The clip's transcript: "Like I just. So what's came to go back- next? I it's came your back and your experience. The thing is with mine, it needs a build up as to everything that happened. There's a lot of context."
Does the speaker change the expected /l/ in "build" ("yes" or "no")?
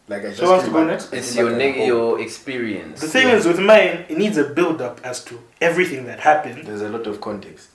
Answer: no